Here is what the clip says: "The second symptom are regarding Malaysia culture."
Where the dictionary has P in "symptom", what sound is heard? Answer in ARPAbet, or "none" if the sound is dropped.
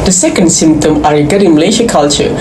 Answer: P